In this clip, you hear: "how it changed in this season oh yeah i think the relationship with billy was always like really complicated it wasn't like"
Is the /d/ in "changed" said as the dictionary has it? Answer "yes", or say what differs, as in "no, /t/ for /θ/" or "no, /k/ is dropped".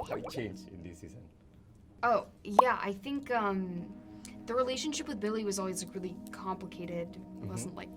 no, /d/ is dropped